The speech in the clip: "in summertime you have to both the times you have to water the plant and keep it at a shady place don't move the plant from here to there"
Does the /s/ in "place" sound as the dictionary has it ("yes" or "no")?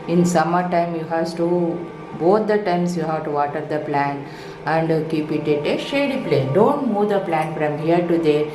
no